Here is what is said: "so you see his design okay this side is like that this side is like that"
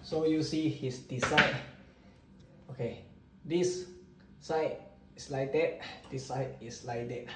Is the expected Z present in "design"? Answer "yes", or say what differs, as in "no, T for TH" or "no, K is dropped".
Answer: no, S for Z